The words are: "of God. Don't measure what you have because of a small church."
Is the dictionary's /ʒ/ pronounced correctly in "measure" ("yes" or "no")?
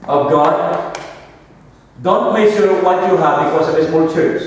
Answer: no